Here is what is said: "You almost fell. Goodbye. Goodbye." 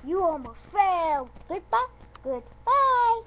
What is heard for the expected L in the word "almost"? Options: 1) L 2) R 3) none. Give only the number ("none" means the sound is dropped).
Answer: 3